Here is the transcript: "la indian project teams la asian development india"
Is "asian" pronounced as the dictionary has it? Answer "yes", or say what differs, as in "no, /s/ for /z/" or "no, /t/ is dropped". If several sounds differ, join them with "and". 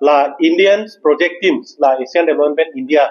no, /s/ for /ʒ/